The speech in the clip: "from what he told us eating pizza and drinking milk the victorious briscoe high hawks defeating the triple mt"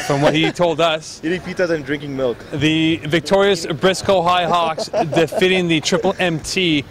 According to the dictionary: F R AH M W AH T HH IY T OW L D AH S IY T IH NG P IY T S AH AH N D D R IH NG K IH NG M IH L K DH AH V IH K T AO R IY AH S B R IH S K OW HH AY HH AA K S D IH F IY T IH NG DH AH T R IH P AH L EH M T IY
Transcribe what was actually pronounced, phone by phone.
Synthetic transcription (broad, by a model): F R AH M W AH T HH IY T OW L D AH S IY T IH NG P IY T AH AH N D D R IH NG K IH NG M IH L K DH AH V IH K T AO R IY AH S B R IH S K OW HH AY HH AA K S D IH F IY T IH NG DH AH T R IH P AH L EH M T IY